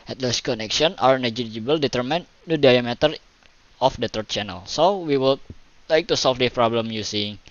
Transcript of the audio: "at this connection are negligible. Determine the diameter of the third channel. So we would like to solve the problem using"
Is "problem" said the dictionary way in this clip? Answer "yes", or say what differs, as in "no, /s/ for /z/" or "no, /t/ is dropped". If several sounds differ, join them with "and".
yes